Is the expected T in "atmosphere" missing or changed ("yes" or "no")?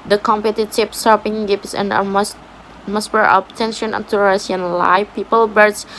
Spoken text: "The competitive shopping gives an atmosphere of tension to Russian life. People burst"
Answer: yes